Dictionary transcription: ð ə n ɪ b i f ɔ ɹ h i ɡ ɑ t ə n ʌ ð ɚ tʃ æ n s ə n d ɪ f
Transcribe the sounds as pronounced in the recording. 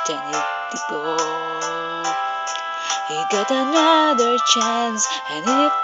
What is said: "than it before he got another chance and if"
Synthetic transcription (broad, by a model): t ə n ɪ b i p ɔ h i ɡ ɑ t ə n ʌ ð ɚ tʃ æ n s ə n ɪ